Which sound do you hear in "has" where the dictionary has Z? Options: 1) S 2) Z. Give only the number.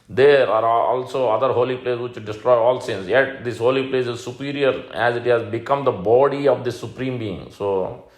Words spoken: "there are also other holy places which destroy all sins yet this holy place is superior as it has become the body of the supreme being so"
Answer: 2